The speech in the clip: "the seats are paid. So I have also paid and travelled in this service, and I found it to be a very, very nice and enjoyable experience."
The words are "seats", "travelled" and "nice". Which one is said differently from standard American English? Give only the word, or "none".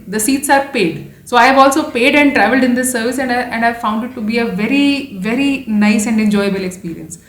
none